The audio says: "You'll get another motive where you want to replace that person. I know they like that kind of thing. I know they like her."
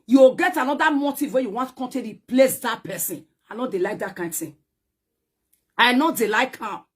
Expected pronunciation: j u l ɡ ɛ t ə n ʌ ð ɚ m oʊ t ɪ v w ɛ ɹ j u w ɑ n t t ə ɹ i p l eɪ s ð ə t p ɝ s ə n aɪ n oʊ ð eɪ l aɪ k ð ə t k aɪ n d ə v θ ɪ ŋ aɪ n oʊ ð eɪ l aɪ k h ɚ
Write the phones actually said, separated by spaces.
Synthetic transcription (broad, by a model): j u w ɡ ɛ t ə n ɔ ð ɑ m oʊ t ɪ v w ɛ j u w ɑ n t t ə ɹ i p l eɪ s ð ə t p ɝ s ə n aɪ n oʊ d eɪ l aɪ k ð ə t k aɪ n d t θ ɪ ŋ aɪ n oʊ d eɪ l aɪ k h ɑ